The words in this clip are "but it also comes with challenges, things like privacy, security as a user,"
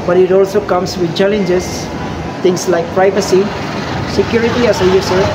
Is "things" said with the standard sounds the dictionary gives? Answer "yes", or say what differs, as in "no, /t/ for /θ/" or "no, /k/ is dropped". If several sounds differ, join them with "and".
no, /t/ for /θ/ and /s/ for /z/